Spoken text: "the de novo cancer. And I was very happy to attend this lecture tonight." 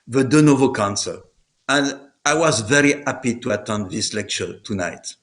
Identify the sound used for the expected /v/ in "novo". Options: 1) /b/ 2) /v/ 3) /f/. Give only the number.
2